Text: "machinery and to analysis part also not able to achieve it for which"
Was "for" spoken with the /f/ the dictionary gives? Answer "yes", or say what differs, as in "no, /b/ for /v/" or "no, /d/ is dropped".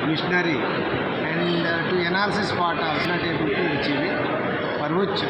no, /p/ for /f/